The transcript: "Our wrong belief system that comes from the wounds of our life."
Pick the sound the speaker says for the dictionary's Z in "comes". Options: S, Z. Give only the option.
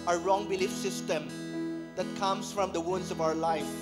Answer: S